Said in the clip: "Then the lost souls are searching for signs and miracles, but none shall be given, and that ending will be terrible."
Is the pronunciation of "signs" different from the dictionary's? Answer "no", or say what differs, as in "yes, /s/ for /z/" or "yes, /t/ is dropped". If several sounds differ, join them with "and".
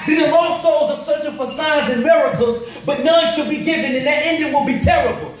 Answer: yes, /n/ is dropped